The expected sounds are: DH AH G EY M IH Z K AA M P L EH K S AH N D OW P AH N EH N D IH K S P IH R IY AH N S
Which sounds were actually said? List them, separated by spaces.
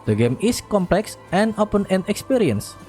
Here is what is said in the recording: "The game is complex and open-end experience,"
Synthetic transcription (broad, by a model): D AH G EY M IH S K AA M P L EH K S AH N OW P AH N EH N IH K S P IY R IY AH N S